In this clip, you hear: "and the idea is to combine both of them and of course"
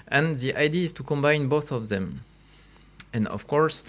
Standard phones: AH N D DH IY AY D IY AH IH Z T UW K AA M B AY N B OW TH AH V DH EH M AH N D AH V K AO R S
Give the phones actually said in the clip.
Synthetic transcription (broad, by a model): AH N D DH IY AY D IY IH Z T UW K AA M B AY N B OW TH AH V DH EH M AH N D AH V K AO R S